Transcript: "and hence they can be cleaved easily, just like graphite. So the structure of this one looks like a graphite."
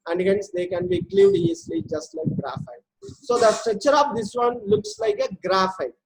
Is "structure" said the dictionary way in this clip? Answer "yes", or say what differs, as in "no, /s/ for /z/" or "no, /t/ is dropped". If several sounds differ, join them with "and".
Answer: yes